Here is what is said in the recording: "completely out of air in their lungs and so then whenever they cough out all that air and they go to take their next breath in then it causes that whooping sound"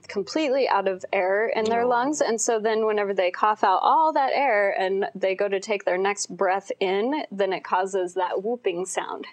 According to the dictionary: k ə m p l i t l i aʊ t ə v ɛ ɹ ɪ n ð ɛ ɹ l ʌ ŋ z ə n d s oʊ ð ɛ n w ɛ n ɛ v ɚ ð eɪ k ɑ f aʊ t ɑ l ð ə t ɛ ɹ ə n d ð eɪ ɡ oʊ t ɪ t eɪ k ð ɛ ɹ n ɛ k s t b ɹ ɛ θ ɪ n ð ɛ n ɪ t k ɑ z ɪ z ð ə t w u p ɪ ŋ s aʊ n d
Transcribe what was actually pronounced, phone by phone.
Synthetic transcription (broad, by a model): k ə m p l i t l i aʊ t ə v ɛ ɹ ɪ n ð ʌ ɹ l ʌ ŋ z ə n s oʊ ð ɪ n w ɛ n ɛ v ɚ ð eɪ k ɑ f aʊ t ɑ l ð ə t ɛ ɹ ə n ð eɪ ɡ oʊ t ɪ t eɪ k ð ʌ ɹ n ɛ k s t b ɹ ɛ θ ɪ n ð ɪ n ɪ t k ɑ z ɪ z ð ə t w u p ɪ ŋ s aʊ n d